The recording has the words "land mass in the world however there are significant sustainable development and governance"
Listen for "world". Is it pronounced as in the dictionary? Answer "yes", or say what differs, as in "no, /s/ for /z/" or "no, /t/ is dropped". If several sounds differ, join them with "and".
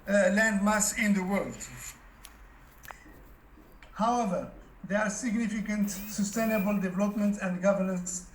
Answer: yes